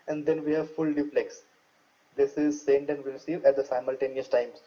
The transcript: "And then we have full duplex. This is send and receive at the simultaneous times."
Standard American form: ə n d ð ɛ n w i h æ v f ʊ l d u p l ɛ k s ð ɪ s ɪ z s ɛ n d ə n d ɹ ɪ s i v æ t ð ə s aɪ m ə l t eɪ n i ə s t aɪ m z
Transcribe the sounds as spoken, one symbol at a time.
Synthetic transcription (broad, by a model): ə n d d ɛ n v i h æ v f ʊ l d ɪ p l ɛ k s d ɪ s ɪ z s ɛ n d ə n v ɹ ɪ s i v æ t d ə s aɪ m ə l t eɪ n i ə s t aɪ m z